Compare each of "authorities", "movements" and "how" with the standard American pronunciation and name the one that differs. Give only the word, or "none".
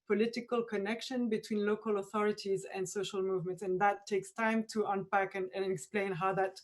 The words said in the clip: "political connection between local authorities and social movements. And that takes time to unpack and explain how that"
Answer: none